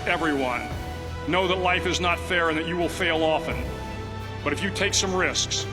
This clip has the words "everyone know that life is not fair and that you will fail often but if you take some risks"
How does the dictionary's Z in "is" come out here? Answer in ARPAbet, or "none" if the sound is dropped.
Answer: Z